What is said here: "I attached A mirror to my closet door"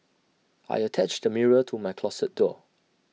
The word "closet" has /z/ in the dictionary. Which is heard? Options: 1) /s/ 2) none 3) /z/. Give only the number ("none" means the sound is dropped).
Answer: 1